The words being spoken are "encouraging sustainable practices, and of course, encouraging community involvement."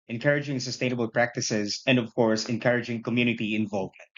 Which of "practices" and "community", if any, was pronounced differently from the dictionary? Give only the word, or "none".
none